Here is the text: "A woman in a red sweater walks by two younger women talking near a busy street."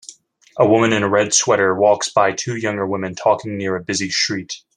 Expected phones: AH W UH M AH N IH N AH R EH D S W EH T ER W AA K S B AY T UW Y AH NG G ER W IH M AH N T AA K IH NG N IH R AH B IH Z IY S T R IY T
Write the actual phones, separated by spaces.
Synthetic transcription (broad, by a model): AH W UH M AH N IH N AH R EH D S W EH T ER W AA K S B AY T UW Y AH NG G ER W IH M AH N T AA K IH NG N IH R AH B IH Z IY SH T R IY T